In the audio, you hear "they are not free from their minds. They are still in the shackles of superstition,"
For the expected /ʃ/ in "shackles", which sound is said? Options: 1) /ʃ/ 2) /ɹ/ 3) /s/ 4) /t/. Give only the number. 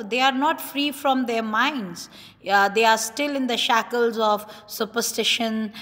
1